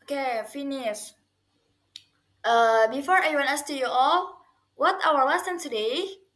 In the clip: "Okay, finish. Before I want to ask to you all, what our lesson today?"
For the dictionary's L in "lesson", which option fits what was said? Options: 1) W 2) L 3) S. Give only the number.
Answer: 1